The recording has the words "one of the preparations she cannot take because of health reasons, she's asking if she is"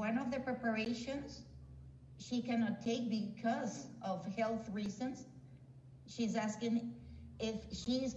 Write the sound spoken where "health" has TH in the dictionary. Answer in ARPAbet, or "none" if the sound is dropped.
TH